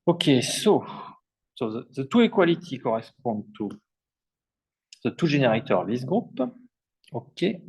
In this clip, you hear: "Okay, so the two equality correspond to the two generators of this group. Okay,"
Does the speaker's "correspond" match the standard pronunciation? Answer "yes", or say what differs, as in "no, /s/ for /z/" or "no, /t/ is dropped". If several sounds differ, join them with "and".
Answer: no, /n/ is dropped